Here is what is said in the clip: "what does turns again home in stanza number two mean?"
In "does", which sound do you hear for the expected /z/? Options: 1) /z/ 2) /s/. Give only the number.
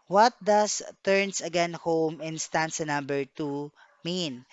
2